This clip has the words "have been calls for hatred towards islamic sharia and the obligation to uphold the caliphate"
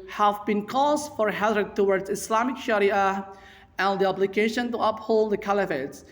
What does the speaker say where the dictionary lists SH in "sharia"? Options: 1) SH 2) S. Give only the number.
1